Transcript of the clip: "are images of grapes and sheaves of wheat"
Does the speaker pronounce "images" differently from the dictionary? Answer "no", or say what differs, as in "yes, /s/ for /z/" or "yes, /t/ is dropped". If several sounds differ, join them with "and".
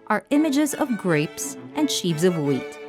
no